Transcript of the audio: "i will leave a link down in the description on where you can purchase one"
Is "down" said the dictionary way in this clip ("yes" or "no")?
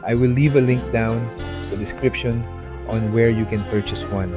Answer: no